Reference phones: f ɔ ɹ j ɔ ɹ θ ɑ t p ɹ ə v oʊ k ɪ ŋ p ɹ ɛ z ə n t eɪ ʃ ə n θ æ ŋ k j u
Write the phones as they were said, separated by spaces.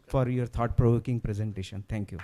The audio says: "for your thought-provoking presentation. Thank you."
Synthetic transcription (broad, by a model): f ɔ ɹ j ɔ ɹ t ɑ t p ɹ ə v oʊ k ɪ ŋ p ɹ ɛ z ə n t eɪ ʃ ə n t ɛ ŋ k j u